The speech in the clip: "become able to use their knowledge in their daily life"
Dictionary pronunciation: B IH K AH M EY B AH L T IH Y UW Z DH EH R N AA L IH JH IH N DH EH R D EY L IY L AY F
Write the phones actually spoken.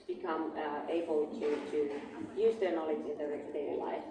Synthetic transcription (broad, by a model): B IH K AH M EY B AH L T IH Y UW Z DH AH R N AA L IH JH IH N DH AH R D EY IY L AY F